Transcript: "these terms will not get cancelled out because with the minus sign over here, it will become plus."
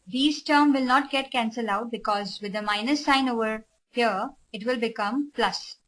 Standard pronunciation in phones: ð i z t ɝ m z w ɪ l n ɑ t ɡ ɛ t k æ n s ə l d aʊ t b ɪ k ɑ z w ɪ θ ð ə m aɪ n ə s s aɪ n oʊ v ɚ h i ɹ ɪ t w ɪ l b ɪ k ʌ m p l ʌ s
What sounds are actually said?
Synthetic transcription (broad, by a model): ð i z t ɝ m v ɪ l n ɑ t ɡ ɛ t k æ n s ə l aʊ t b ɪ k ɑ z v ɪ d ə m aɪ n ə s s aɪ n oʊ v ɚ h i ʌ ɪ t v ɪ l b ɪ k ʌ m p l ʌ s